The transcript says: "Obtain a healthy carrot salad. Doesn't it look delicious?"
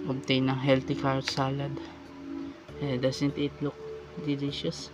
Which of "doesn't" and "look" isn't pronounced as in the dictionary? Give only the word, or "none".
doesn't